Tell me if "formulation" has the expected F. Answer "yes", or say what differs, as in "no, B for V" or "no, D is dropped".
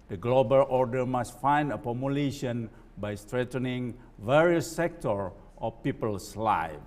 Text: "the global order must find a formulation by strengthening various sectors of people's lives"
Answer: no, P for F